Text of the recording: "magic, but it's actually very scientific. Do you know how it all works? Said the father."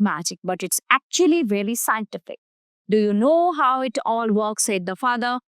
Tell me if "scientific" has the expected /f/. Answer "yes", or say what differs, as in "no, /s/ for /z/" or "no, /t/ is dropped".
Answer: yes